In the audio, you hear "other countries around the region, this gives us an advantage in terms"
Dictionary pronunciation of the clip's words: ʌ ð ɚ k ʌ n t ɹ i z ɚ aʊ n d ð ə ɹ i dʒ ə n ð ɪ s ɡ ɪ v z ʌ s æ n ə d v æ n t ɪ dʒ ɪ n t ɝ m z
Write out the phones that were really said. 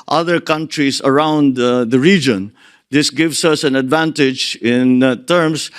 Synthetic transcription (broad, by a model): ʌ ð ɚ k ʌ n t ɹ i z ɚ aʊ n d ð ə ɹ i dʒ ə n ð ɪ s ɡ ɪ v s ʌ s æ n ə d v æ n t ɪ dʒ ɪ n t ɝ m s